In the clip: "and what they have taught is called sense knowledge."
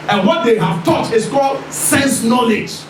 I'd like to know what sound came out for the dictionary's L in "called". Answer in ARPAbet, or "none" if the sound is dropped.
L